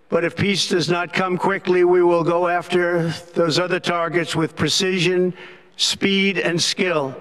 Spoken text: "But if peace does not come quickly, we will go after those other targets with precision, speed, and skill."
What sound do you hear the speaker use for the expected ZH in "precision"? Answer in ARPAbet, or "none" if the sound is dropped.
ZH